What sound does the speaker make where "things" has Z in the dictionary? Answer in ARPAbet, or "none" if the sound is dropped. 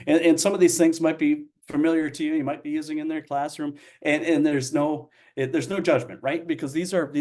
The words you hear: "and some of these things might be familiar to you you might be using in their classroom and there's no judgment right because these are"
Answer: Z